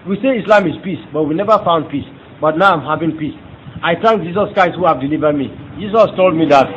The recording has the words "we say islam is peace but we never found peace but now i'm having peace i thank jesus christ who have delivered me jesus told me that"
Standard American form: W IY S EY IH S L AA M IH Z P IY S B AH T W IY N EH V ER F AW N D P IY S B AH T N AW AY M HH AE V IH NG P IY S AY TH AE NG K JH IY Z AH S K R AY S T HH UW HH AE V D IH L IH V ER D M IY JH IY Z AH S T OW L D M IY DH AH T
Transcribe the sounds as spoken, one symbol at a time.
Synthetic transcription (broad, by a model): W IY S EY IH S L AA M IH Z P IY S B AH T W IY N EH V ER F AW N D P IY S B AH T N AW AY M HH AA V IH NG P IY S AY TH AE NG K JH IY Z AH S K R AY S T HH UW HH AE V D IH L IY V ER D M IY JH IY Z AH S T OW L D M IY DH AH T